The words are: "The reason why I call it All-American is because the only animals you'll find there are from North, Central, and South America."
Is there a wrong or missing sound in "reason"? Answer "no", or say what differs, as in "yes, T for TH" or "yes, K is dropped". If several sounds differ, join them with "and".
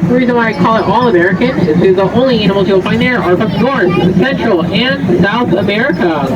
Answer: no